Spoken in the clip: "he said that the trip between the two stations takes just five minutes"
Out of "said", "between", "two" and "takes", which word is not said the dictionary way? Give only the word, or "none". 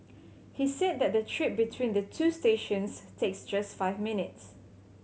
none